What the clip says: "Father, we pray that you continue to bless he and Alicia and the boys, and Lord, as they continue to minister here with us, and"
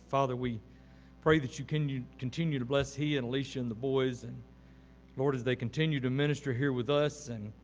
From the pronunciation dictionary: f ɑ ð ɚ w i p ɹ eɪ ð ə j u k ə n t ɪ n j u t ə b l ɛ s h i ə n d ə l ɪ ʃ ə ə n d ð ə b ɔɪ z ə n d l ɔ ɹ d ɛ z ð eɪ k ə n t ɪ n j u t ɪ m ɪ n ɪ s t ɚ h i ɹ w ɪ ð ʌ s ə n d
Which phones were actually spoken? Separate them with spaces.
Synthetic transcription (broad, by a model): f ɑ ð ɚ w i p ɹ eɪ ð ə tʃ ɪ k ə n t ɪ n j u t ə b l ɛ s h i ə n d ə l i ʃ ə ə n ð ə b ɔɪ z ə n l ɔ ɹ d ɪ z ð eɪ k n t ɪ n j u t ɪ m ɪ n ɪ s t ɚ h i ɹ w ɪ ð ʌ s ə n